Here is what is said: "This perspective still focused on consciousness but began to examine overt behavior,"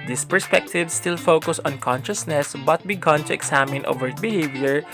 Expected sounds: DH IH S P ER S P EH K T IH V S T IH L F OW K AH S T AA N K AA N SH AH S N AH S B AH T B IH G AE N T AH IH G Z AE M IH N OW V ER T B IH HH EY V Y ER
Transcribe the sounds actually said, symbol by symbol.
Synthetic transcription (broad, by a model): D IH S P ER S P EH K T IH V S T IH L F OW K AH S AA N K AA N SH AH S N AH S B AH T B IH G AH N T AH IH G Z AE M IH N OW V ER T B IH HH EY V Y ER